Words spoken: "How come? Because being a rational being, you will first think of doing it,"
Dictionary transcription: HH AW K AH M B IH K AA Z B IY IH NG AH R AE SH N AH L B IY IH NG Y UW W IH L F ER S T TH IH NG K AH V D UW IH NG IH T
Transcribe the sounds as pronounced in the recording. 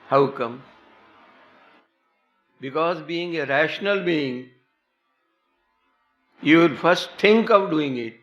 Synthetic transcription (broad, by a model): HH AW K AH M B IH K AA Z B IY IH NG AH R AE SH N AH L B IY IH NG Y UW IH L F ER S T T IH NG K AH V D UW IH NG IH T